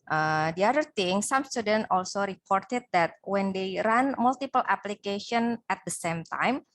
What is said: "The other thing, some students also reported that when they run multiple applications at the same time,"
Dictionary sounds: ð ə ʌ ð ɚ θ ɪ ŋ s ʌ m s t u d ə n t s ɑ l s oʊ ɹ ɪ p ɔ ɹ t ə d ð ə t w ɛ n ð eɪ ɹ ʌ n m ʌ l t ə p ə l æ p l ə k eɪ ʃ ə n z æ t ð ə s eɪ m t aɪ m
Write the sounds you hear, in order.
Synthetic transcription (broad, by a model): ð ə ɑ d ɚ t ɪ ŋ s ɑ m s t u d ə n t ɑ l s oʊ ɹ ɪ p ɔ ɹ t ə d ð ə t w ɛ n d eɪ ɹ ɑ n m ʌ l t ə p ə l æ p l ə k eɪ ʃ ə n æ t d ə s eɪ m t aɪ m